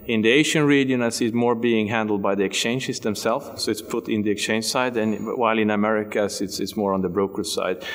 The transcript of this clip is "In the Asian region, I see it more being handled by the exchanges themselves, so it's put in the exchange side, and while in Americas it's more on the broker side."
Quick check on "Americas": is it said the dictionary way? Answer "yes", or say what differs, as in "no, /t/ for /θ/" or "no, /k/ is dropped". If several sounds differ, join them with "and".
no, /s/ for /z/